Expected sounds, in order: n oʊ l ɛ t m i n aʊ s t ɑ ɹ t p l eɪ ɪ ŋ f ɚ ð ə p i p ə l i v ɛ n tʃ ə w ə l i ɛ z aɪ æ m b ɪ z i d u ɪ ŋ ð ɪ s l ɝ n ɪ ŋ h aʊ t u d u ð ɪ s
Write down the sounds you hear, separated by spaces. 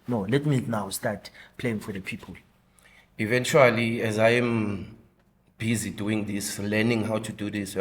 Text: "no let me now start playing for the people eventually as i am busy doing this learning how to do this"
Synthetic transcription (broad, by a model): n oʊ l ɛ t m i n aʊ s t ɑ t p l eɪ ɪ ŋ f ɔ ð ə p i p ə l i v ɛ n tʃ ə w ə l i ɛ z aɪ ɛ m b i z i d u ɪ ŋ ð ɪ s l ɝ n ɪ ŋ h aʊ t u d u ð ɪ s